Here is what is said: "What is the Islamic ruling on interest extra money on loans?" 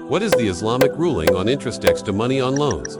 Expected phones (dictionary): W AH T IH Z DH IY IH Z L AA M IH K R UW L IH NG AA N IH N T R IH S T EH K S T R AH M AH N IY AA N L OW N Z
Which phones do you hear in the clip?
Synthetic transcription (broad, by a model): W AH T IH Z DH IY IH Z L AA M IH K R UW L IH NG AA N IH N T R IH S T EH K S T AH M AH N IY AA N L OW N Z